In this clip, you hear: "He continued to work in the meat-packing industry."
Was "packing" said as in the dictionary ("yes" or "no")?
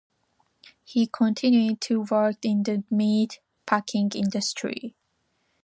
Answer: yes